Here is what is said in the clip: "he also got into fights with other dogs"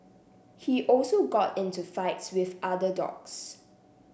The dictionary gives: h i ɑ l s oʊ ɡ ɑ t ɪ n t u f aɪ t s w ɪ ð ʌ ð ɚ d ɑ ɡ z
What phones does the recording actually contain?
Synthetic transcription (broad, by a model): h i ɑ l s oʊ ɡ ɑ t ɪ n t u f aɪ t s w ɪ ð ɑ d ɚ d ɑ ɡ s